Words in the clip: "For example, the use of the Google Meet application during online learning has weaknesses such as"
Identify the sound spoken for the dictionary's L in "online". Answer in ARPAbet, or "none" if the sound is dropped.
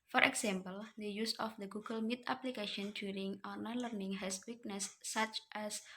none